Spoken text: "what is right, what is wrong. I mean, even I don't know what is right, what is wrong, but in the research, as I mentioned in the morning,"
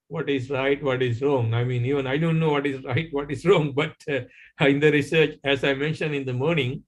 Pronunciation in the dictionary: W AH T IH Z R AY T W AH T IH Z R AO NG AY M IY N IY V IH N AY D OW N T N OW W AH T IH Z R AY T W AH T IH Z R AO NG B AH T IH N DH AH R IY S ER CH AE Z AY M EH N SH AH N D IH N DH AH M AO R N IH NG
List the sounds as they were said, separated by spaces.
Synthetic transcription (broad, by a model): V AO T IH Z R AY T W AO T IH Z R AO NG AY M IY N IY V IH N AY D OW N T N OW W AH T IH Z R AY T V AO T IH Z R AO NG B AH T IH N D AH R IY S ER CH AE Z AY M EH N SH AH N D IH N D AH M AO R N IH NG